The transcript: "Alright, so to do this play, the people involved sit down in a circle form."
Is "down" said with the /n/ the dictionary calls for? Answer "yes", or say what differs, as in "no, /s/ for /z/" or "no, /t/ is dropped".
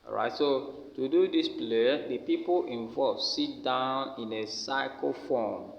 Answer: yes